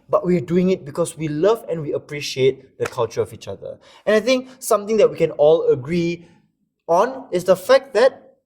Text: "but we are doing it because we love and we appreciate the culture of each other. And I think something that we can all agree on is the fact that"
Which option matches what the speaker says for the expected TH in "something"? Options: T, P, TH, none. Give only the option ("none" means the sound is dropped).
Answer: T